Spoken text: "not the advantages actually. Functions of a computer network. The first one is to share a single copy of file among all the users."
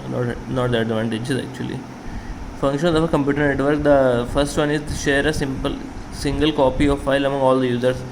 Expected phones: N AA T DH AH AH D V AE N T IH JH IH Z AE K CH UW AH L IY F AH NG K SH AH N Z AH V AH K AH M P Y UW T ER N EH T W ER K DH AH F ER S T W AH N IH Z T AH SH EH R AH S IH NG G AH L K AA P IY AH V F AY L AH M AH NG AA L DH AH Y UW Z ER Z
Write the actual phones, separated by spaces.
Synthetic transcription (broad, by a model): N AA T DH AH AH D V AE N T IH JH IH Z AE K CH UW AH L IY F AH NG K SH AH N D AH F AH K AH M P Y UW T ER N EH T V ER K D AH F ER S T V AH N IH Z T AH S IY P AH S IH NG G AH L K AA P IY AH V F AY L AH M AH NG AA L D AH Y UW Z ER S